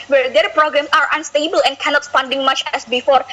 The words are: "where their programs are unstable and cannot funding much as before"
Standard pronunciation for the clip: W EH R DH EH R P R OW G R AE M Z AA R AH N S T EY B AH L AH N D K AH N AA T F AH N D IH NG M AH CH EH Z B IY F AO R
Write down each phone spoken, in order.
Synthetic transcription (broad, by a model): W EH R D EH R P R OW G R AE M S AA R AH N S T EY B AH L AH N K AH N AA T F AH N D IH NG M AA CH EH S B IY F AO R